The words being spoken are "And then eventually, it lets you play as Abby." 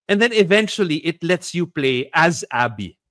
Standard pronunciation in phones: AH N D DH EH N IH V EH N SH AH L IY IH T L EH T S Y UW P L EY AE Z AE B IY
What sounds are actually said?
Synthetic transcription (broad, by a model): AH N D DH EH N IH V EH N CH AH L IY IH T L EH T S Y UW P L EY AE Z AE B IY